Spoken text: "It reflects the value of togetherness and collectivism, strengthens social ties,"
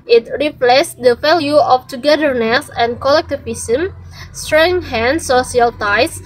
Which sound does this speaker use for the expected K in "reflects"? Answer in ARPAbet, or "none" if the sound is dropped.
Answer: none